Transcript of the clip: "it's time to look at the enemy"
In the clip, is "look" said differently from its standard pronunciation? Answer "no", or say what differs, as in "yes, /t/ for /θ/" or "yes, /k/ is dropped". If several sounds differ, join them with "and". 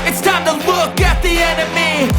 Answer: yes, /w/ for /l/